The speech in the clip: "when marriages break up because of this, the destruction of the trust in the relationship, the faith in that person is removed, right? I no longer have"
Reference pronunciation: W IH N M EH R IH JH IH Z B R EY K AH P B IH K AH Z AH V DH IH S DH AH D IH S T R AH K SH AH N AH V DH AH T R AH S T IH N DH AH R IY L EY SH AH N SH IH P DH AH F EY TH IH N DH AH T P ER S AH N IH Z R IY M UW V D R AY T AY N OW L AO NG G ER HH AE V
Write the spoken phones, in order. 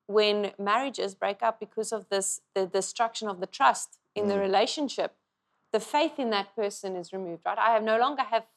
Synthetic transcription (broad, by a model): W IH N M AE R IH JH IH Z B R EY K AH P B IH K AH Z AH V DH IH S DH AH D IH S T R AH K SH AH N AH V DH AH T R AH S T IH N DH AH R IY L EY SH AH N SH IH P DH AH F EY TH IH N DH AH T P ER S AH N IH Z R IY M UW V D R AY T AY N OW L AO NG G ER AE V